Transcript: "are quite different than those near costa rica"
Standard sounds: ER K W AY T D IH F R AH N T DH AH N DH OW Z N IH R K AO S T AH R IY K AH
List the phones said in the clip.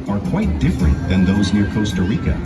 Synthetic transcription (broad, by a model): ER K W AY T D IH F R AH N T DH AH N DH OW Z N IH R K AO S T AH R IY K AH